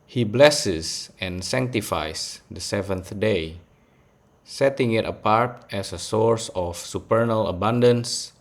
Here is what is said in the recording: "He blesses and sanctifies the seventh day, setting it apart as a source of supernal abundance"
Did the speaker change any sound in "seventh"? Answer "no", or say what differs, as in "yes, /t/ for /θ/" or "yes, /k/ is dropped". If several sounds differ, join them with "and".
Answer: no